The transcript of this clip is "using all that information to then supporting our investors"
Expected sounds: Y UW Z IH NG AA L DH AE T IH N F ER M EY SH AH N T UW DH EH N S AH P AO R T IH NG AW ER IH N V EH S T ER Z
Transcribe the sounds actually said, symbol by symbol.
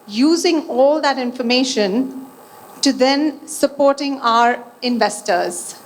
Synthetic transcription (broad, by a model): Y UW Z IH NG AA L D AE T IH N F ER M EY SH AH N T UW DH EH N S AH P AO R T IH NG AW ER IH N V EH S T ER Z